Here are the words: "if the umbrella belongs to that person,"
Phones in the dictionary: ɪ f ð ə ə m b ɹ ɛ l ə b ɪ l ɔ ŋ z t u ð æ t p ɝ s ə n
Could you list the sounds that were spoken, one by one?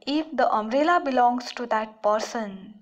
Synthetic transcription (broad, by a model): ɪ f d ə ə m ɹ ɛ l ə b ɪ l ɔ ŋ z t u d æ t p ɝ s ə n